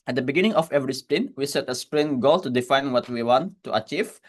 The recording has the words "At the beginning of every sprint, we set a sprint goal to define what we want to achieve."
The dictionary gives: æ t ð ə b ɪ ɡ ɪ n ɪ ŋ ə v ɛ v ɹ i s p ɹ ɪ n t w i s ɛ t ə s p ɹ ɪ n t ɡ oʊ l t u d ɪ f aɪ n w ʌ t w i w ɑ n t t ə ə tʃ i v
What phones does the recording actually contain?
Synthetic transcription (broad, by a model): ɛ t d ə b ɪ ɡ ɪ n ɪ ŋ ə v ɛ v ɹ i s p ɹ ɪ n w i s ɛ t ə s p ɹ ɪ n ɡ oʊ l t u d ɪ f aɪ n w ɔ t w i w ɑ n t t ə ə tʃ i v